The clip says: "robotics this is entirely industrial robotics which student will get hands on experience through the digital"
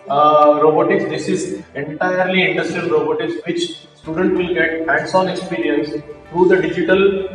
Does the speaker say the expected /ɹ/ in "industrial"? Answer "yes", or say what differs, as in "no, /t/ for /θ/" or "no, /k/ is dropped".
no, /ɹ/ is dropped